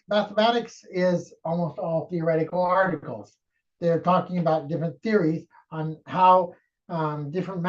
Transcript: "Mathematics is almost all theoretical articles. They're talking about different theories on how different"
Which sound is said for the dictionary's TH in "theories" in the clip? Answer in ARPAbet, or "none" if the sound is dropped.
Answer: TH